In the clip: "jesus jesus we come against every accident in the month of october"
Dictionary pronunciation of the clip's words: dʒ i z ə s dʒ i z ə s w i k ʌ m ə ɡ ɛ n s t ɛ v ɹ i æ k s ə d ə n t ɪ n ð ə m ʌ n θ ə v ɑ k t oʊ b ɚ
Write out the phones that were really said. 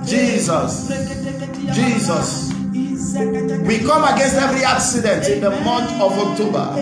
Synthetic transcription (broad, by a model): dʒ i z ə s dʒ i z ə s w i k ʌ m ə ɡ ɛ n s t ɛ v ɹ i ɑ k s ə d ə n t ɪ n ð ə m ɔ n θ ə v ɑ k t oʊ b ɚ